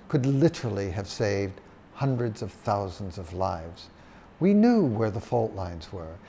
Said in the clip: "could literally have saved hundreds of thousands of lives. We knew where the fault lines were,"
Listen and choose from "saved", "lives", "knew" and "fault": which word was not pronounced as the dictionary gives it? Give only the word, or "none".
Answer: none